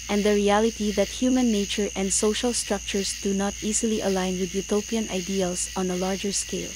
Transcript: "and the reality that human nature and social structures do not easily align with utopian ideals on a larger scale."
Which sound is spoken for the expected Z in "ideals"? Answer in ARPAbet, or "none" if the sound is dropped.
S